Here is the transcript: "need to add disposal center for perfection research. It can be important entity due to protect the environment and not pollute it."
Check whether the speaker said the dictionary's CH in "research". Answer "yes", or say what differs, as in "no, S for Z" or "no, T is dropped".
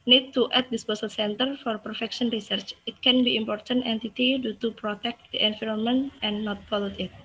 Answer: yes